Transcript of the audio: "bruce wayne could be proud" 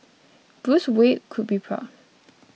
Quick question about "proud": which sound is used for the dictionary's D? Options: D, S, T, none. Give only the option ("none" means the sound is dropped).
none